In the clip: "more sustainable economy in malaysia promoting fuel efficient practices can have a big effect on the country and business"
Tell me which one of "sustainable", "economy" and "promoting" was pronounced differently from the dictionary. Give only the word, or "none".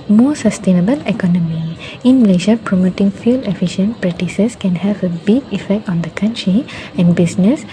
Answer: none